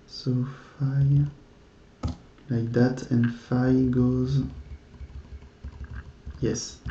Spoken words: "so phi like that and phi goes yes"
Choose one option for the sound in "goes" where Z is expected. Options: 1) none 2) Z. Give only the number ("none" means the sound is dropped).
2